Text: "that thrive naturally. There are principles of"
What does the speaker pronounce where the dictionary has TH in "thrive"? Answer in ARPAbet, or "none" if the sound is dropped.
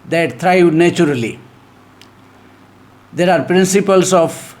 T